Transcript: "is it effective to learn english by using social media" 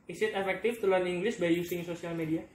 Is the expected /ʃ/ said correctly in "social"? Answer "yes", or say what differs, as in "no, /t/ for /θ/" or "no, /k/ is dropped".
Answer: no, /s/ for /ʃ/